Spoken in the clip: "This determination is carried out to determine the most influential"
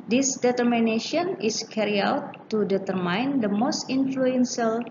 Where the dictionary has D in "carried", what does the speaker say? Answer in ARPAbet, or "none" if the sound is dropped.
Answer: none